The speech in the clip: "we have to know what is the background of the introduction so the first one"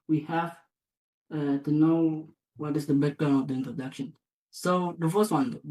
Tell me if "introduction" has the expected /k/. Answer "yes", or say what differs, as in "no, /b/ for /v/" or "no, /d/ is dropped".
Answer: yes